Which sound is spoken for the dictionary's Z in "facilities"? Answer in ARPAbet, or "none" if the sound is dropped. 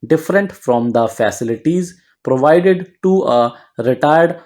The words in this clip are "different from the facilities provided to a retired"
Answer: Z